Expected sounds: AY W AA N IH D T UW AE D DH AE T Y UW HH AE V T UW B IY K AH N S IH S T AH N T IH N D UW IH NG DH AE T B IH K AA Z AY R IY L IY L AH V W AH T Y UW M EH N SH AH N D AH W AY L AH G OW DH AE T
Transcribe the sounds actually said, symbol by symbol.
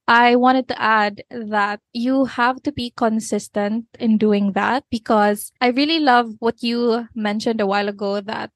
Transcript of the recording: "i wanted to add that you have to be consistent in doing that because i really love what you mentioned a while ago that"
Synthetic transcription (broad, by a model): AY W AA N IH D T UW AE D DH AE T Y UW HH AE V T UW B IY K AH N S IH S T AH N T IH N D UW IH NG DH AE T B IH K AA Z AY R IY L IY L AH V W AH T Y UW M EH N SH AH N D AH W AY L AH G OW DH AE T